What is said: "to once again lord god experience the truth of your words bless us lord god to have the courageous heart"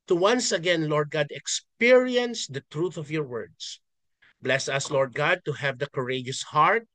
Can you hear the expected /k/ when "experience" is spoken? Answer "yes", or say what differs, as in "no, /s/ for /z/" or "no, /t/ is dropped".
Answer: yes